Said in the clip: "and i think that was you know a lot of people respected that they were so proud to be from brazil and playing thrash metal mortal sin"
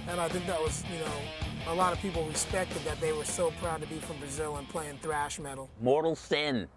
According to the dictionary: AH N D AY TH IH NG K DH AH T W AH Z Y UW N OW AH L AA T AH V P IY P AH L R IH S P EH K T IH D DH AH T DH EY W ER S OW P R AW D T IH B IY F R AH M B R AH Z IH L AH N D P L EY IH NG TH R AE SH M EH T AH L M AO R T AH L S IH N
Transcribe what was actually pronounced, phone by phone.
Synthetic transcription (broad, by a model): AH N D AY TH IH NG K DH AH T W AH Z Y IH N OW AH L AA T AH V P IY P L R IH S P EH K T IH D DH AH T DH EY W ER S OW P R AW D T IH B IY F R AH M B R AH Z IH L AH N P L EY IH NG TH R AE SH M EH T L M AO R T L S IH N